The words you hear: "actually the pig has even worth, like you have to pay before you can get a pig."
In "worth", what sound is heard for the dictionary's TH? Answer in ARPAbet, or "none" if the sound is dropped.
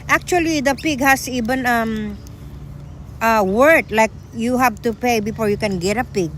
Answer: T